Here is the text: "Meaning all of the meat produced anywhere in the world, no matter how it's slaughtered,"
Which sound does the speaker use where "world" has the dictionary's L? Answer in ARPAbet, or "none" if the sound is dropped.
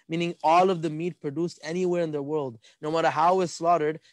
L